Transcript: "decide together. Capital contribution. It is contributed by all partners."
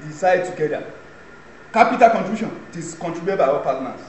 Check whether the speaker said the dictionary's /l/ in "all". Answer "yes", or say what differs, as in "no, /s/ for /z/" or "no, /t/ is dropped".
no, /w/ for /l/